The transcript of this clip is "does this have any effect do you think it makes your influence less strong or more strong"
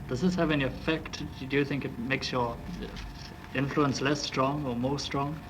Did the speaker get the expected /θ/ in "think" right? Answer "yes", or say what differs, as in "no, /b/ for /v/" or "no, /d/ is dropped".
yes